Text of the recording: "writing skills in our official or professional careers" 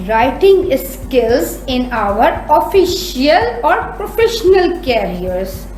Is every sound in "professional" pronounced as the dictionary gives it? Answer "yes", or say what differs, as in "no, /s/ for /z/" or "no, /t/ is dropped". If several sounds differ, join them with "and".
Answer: yes